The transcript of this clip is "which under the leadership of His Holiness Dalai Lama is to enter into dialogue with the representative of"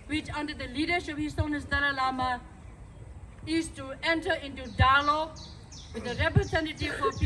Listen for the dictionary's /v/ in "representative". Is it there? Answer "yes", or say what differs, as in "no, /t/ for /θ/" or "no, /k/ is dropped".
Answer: no, /f/ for /v/